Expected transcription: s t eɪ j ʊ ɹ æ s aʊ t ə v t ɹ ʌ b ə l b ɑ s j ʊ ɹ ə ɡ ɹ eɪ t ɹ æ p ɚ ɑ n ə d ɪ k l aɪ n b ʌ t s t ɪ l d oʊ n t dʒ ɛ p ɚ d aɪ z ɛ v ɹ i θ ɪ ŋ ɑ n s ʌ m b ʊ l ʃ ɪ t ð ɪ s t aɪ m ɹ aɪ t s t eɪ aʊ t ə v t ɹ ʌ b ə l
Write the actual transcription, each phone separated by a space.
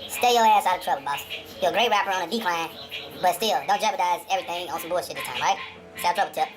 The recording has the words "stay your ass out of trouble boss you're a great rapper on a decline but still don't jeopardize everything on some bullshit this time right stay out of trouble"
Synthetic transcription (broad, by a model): s t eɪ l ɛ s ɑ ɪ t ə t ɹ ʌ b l b ɑ s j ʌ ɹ ə ɡ ɹ eɪ t ɹ æ p ɚ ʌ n ə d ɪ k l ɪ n b ʌ t s t ɪ l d oʊ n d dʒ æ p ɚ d aɪ z ɛ v ɹ i θ ɪ ŋ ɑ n s ʌ m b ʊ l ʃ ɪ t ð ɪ t aɪ m ɹ aɪ t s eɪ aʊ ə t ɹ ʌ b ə